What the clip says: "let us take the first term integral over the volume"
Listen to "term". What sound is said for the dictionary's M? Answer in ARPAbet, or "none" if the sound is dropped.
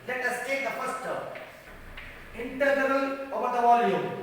none